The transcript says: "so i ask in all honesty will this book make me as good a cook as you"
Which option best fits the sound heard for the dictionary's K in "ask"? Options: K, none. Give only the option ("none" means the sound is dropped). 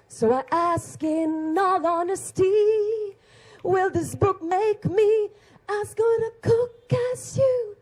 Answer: K